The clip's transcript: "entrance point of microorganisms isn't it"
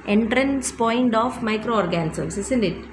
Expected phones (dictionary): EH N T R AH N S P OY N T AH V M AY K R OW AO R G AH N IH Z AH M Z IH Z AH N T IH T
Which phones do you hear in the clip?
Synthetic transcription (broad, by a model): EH N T R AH N S P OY N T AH F M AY K R OW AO R G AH N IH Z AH M S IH S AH N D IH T